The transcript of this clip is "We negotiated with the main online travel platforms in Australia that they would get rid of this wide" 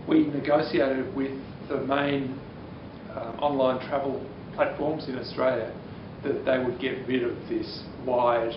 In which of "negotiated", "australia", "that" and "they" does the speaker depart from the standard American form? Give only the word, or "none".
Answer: negotiated